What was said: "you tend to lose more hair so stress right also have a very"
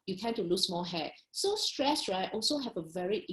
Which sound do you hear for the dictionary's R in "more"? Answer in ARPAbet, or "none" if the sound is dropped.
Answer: L